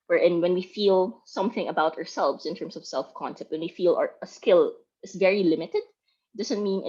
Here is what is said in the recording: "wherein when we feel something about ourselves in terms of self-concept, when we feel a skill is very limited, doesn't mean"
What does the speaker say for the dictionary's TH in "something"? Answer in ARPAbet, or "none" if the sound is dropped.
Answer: TH